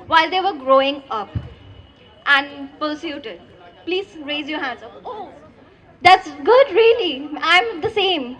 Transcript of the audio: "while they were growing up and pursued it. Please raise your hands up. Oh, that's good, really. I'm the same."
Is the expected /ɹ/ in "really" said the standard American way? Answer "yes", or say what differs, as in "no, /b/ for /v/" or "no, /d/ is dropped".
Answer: yes